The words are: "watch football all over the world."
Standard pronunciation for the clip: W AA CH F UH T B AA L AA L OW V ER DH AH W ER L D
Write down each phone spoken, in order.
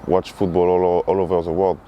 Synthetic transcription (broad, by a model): W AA CH F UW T B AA L AA L OW V ER DH AH W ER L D